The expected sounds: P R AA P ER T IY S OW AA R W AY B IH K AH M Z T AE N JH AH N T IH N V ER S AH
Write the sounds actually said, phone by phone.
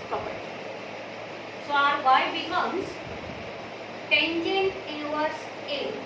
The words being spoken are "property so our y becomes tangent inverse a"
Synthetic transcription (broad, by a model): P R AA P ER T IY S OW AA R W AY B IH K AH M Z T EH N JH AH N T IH V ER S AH